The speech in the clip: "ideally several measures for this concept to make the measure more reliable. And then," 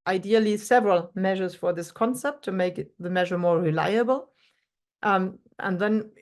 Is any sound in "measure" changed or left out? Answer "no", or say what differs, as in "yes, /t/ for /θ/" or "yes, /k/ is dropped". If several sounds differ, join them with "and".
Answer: no